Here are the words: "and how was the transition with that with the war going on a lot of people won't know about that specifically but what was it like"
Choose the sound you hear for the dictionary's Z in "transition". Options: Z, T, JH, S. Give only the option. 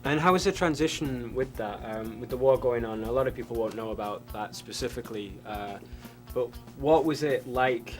Z